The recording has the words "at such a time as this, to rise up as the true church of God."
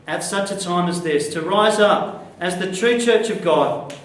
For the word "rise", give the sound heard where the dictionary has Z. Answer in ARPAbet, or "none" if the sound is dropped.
Z